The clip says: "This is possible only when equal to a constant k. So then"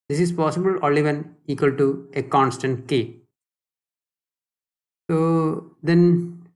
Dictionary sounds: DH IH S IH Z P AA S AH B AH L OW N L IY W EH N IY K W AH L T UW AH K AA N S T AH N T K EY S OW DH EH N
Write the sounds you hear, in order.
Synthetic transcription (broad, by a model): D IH S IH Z P AA S AH B AH L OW L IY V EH N IY K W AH L T UW AH K AA N S T AH N T K EY S OW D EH N